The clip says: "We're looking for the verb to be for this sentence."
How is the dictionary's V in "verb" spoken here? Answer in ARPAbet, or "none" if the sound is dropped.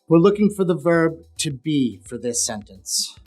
V